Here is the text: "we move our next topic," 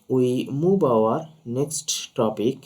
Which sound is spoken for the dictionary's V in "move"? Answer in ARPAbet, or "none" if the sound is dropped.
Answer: B